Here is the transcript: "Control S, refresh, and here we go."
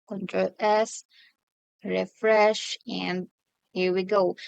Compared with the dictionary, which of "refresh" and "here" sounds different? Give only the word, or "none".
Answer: none